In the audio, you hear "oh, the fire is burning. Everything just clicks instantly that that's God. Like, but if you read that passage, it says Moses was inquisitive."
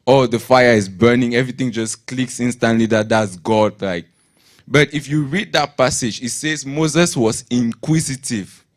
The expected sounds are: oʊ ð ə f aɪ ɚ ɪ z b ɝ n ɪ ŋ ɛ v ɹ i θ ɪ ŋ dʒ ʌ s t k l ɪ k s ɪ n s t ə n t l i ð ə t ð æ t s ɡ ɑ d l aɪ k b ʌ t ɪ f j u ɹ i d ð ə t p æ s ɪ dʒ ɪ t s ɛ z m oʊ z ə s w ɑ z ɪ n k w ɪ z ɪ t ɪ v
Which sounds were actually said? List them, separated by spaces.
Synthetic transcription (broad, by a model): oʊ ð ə f aɪ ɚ ɪ z b ɝ n ɪ ŋ ɛ v ɹ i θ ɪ ŋ dʒ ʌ s k l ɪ k s ɪ n s t ə n t l i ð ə t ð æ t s ɡ ɑ d l aɪ k b ʌ t ɪ f j u ɹ i d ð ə t p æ s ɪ dʒ ɪ t s ɛ z m oʊ z ə s w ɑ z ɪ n k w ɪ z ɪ t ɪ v